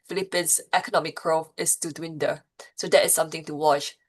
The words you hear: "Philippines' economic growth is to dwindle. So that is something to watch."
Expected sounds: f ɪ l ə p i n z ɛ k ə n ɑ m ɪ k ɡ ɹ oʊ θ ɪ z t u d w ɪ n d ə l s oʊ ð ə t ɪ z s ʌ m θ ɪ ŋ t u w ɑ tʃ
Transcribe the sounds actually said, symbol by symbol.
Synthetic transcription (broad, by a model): f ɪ l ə p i n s ɛ k ə n ɑ m ɪ k ɹ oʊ f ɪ s t u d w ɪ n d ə s oʊ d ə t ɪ s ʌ m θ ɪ ŋ t u w ɑ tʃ